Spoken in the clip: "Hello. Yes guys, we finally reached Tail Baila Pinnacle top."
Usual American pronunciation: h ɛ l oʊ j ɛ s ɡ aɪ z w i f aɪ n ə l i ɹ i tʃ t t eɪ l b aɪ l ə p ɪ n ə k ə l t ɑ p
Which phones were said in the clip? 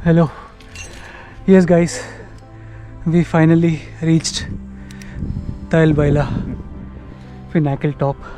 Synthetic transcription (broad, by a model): h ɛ l oʊ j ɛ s ɡ aɪ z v i f aɪ n ə l i ɹ i tʃ t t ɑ l b aɪ l ə f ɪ n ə k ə l t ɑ p